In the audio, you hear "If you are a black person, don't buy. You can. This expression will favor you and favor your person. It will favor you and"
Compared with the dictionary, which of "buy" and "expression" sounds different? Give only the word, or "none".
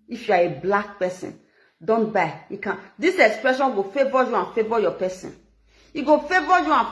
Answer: none